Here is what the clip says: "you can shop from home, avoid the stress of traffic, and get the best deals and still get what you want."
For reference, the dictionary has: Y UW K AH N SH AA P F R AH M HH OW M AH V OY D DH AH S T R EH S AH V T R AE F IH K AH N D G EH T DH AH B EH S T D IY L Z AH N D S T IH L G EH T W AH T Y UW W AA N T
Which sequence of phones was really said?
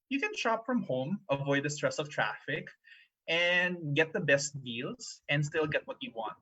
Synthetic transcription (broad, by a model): Y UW K AH N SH AA P F R AH M HH OW M AH V OY D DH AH S T R EH S AH V T R AE F IH K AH N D G EH T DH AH B EH S T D IY L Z AH N D S T IH L G EH T W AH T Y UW W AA N T